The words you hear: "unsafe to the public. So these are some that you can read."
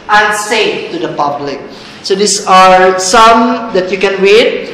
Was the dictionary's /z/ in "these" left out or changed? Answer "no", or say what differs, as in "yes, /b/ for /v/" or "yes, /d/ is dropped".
yes, /s/ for /z/